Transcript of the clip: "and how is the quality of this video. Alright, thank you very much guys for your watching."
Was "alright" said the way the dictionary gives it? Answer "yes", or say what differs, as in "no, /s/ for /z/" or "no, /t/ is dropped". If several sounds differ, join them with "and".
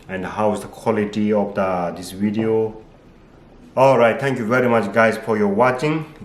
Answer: yes